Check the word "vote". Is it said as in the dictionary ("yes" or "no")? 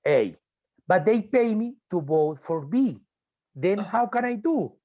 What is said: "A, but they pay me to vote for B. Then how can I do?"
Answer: no